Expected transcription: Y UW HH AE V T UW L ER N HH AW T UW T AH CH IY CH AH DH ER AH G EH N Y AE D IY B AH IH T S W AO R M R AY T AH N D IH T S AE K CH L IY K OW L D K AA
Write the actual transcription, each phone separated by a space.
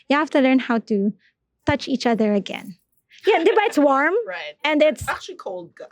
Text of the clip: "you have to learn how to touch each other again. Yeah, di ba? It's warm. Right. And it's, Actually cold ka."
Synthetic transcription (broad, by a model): Y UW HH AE F T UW L ER N HH AW T UW T AH CH IY CH AH DH ER AH G EH N Y AE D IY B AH IH T S W AO R M R AY T AH N D IH T S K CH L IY K OW L D